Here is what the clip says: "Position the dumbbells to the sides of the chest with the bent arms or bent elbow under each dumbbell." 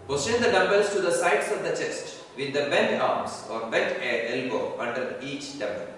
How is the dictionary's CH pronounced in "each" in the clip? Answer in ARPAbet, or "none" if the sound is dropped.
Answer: CH